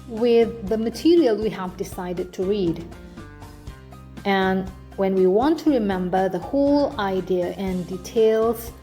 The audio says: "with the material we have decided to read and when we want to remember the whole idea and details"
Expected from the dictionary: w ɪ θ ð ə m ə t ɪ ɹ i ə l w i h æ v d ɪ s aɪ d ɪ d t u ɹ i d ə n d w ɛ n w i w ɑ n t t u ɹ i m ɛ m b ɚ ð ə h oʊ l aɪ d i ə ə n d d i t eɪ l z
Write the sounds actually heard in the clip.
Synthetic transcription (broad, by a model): w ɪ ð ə m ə t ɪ ɹ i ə l w i h æ v d ɪ s aɪ d ɪ d t u ɹ i d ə n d w ɛ n w i w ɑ n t t u ɹ i m ɛ m b ɚ ð ə h oʊ l aɪ d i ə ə n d d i t eɪ l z